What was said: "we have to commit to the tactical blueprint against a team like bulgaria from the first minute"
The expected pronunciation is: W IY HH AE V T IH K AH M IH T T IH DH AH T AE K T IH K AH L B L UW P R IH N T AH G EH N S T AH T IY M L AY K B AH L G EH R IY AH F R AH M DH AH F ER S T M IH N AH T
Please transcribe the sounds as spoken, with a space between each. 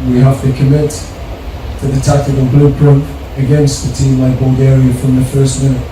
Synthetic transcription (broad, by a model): W IY HH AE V T IH K AH M IH T T IH DH AH T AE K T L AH N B L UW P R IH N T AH G EH N S T AH T IY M L AY K B AH L G EH R IY AH F R AH M DH AH F ER S T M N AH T